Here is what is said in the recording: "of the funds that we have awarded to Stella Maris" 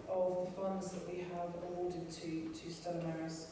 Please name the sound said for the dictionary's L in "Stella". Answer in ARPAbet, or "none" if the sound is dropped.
none